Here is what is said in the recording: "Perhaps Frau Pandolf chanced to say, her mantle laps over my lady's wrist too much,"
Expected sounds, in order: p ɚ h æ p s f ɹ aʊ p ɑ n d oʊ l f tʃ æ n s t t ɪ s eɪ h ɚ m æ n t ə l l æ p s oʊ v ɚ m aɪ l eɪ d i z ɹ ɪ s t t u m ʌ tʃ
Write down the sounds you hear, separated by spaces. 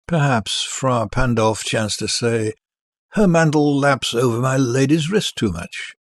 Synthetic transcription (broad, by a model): p ɚ h æ p s f ɹ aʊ p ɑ n d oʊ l f tʃ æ n s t t ɪ s eɪ h ɚ m æ n t l l æ p s oʊ v ɚ m aɪ l eɪ d i z ɹ ɪ s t t u m ʌ tʃ